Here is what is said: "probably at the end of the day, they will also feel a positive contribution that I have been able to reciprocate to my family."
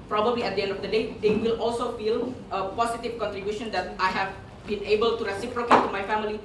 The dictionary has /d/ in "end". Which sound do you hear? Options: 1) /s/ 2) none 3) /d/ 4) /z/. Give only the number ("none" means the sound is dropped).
3